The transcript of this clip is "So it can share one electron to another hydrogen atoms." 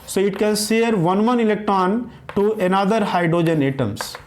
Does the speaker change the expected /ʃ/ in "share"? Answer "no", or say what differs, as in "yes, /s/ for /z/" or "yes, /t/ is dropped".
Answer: yes, /s/ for /ʃ/